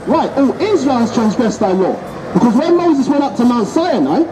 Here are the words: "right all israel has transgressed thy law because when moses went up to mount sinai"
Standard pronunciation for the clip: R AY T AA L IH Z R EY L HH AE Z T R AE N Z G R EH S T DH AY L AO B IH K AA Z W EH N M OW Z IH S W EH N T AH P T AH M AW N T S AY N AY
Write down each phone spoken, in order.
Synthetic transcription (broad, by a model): R AY T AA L IH Z R EY L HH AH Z T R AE N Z G R EH S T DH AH L AO B IH K AA Z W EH M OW Z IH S W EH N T AH P T AH M AW N T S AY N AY